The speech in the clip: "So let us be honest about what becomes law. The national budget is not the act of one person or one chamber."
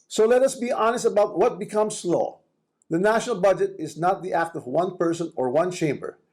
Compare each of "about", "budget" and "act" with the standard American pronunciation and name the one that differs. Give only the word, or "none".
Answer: none